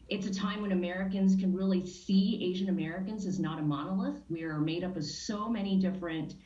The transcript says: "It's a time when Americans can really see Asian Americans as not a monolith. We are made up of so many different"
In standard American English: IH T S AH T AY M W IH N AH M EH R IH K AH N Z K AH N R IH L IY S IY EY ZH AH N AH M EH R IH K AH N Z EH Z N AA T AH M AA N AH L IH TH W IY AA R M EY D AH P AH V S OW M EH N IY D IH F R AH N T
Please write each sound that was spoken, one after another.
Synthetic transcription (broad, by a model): IH T S AH T AY M W IH N AH M EH R IH K AH N Z K AH N R IH L IY S IY EY ZH AH N AH M EH R IH K AH N Z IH Z N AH T AH M AA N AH L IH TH W IY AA R M EY D AH P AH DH S OW M EH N IY D IH F R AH N T